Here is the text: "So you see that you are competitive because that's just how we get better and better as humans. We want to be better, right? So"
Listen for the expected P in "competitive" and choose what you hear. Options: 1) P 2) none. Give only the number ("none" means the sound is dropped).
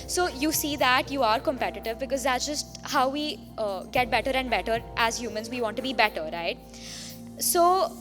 1